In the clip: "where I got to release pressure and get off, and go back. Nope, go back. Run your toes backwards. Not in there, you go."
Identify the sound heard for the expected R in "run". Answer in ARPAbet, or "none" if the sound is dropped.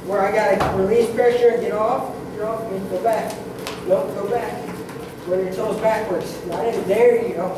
W